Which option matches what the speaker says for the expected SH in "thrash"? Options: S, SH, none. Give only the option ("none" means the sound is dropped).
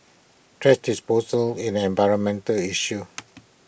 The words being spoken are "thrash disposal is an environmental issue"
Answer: S